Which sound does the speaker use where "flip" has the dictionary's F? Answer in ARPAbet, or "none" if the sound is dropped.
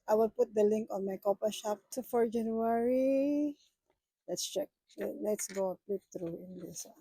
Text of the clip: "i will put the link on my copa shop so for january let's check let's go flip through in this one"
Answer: P